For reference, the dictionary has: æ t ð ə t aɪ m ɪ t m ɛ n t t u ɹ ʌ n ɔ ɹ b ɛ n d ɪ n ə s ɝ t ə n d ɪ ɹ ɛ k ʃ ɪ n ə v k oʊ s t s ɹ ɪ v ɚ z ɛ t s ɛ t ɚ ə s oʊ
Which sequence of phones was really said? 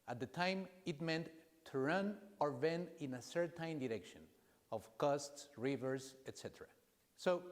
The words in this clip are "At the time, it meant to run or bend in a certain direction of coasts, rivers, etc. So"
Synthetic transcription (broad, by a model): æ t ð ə t aɪ m ɪ t m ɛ n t t u ɹ ʌ n ɔ ɹ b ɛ n ɪ n ə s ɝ t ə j d ɪ ɹ ɛ k ʃ ɪ n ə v k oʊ s t s ɹ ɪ v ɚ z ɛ t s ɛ t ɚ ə s oʊ